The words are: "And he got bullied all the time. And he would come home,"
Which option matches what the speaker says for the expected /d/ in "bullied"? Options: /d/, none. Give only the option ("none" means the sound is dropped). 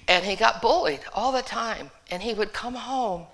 /d/